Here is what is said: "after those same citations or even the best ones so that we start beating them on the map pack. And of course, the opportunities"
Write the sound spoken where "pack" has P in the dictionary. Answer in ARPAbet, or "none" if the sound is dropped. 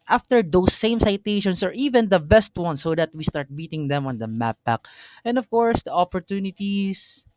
B